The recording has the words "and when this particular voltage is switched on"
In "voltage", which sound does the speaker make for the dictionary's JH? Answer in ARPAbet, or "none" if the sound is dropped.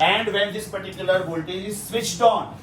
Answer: none